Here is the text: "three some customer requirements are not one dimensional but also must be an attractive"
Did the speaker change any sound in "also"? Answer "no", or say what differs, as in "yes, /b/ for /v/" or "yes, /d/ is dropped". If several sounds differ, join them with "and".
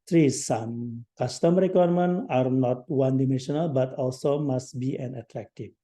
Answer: no